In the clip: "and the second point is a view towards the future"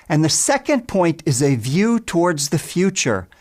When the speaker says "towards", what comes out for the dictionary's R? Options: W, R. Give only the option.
R